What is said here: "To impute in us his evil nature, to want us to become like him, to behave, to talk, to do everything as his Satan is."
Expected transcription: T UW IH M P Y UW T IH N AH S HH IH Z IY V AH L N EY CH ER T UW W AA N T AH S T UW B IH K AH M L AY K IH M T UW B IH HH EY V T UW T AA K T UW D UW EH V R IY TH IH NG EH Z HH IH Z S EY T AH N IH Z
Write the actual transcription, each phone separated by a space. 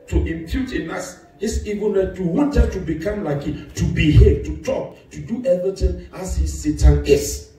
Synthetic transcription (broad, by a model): T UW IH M P Y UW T IH N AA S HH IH S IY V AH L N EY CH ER T UW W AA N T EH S T UW B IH K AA M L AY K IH T UW B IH HH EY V T UW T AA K T UW D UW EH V R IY T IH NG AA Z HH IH S EY T AH N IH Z